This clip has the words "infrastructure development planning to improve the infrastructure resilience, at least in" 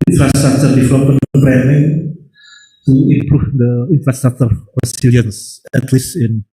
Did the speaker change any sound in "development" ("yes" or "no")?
yes